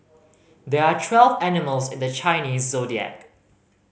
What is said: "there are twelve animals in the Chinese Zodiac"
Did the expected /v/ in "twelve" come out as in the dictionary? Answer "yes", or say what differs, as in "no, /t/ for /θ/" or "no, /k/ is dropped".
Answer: yes